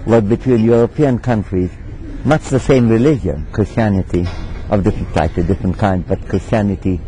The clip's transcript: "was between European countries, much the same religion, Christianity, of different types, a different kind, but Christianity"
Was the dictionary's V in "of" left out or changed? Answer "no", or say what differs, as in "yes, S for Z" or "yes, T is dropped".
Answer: no